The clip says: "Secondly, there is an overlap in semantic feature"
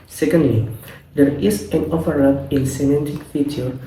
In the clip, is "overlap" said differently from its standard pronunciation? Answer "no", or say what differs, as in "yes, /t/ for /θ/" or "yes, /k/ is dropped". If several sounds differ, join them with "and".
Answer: yes, /l/ is dropped